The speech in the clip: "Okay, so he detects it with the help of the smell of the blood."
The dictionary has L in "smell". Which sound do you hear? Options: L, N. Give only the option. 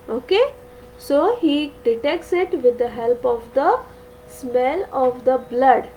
L